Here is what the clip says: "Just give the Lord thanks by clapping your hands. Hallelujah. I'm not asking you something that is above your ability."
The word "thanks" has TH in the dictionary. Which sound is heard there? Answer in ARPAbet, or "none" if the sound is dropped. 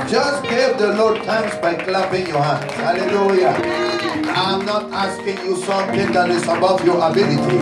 T